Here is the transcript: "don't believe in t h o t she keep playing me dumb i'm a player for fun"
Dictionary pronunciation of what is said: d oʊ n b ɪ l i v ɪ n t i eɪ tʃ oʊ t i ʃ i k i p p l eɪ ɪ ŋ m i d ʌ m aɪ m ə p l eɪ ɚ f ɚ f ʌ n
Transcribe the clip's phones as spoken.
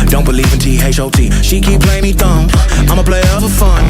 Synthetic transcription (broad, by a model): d oʊ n b ɪ l i v ɪ n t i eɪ ʃ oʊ t i ʃ i k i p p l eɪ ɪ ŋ m i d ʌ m aɪ m ə p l eɪ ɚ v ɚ f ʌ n